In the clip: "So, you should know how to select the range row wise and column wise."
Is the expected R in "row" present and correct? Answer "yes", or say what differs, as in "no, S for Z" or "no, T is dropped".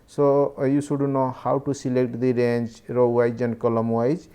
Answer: yes